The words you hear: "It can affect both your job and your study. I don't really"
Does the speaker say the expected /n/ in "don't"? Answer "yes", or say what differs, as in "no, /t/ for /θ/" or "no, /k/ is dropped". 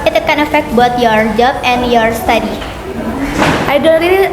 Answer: no, /l/ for /n/